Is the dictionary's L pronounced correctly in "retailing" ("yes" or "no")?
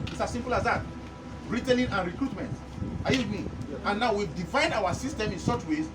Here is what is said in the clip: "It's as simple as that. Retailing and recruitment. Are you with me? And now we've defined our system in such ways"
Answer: no